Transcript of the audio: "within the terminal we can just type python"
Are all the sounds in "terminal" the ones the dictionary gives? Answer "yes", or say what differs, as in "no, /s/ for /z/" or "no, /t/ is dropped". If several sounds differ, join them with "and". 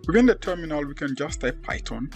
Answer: yes